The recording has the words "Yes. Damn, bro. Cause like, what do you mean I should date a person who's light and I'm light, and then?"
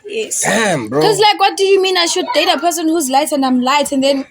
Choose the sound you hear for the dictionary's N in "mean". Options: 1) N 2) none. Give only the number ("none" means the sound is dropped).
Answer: 1